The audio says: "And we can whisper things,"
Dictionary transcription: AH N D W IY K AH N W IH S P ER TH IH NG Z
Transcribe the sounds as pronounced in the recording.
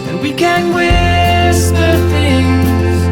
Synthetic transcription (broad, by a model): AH W IY K AH N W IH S ER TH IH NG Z